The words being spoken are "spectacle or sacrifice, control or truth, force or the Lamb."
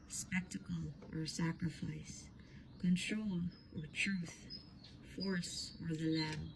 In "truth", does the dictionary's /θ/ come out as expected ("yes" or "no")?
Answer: yes